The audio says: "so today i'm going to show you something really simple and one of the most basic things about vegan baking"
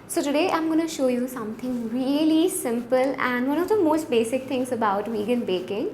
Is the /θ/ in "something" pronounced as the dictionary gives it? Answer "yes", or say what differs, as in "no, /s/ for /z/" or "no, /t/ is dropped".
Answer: no, /t/ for /θ/